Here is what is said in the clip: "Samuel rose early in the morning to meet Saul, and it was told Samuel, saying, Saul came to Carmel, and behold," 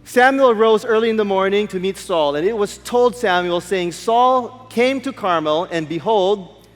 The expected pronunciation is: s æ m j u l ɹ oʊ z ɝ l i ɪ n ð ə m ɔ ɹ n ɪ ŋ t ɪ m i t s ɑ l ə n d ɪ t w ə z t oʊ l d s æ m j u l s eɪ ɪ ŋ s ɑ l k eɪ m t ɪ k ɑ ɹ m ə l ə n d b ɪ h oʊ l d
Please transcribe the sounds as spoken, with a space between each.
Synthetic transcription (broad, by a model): s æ m j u l ɹ oʊ z ɝ l i ɪ n ð ə m ɔ ɹ n ɪ ŋ t ɪ m i t s ɑ l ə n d ɪ t w ə z t oʊ l d s æ m j u l s eɪ ɪ ŋ s ɑ l k eɪ m t ɪ k ɑ ɹ m ə l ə n b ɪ h oʊ l d